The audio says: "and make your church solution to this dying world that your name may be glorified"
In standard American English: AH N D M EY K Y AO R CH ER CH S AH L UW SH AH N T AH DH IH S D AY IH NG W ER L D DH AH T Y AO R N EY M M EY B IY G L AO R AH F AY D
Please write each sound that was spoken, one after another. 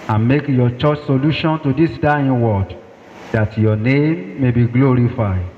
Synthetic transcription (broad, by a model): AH N M EY K Y AO CH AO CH S AH L UW SH AH N T AH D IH S D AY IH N W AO D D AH T Y AO N EY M M EY B IY G L AO R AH F AY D